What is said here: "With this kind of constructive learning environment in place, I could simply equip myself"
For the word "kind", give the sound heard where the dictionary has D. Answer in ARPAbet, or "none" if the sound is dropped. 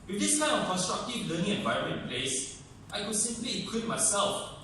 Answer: none